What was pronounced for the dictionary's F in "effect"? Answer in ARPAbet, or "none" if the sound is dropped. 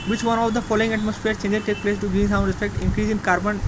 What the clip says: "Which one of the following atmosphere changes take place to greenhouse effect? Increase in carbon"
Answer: P